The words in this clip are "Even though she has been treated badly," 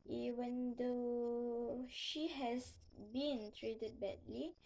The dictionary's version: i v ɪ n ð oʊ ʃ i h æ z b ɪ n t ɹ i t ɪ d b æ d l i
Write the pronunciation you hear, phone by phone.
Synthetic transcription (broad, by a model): i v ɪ n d oʊ ʃ i h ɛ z b ɪ n t ɹ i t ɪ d b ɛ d l i